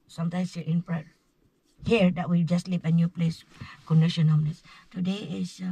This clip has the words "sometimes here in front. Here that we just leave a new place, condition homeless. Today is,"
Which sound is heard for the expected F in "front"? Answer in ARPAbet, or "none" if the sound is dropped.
P